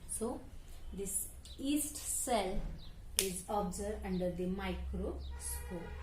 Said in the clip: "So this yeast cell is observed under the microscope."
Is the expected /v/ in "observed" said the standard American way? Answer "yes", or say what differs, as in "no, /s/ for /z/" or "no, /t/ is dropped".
no, /v/ is dropped